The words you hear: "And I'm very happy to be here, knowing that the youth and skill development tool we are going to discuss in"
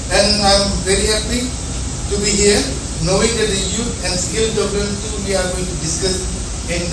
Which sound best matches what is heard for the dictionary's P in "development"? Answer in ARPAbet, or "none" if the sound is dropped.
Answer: none